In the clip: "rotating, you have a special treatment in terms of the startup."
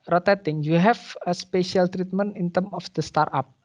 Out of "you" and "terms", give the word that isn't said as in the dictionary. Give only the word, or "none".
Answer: terms